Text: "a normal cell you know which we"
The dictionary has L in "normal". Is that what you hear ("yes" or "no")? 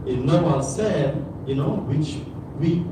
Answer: no